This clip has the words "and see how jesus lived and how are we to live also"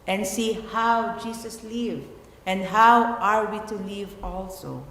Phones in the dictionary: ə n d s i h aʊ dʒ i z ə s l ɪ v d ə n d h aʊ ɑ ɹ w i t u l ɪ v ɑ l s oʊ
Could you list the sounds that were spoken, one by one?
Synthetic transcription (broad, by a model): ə n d s i h aʊ dʒ i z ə s l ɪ v ə n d h aʊ ɑ ɹ w i t u l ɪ v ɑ l s oʊ